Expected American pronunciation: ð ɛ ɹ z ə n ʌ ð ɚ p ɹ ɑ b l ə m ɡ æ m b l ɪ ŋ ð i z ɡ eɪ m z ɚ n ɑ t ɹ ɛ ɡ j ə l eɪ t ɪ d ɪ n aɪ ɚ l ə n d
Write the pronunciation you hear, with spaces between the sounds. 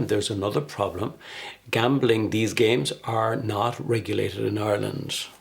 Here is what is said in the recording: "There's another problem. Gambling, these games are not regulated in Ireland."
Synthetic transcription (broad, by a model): ð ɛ ɹ z ə n ʌ ð ɚ p ɹ ɑ b l ə m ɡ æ m b l ɪ ŋ ð i z ɡ eɪ m z ɚ n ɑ t ɹ ɛ ɡ j ə l eɪ t ɪ d ɪ n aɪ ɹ l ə n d